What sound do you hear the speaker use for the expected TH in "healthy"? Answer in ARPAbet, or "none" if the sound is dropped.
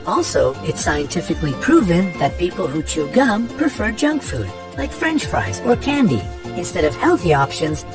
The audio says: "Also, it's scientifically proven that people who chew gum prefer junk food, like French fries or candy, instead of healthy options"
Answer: TH